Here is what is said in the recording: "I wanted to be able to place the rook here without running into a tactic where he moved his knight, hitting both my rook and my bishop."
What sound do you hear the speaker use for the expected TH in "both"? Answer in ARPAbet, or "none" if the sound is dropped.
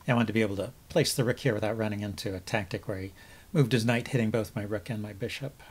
TH